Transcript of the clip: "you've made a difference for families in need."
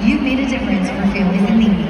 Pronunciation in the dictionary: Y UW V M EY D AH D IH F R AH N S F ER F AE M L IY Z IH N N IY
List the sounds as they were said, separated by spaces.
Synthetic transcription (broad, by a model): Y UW M EY D AH D IH F R AH N S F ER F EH L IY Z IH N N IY